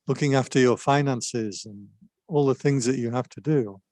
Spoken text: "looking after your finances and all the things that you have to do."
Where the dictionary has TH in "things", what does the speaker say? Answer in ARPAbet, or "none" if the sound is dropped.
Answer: TH